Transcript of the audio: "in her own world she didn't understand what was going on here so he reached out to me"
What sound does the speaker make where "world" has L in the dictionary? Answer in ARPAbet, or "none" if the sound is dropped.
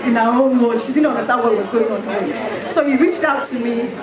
none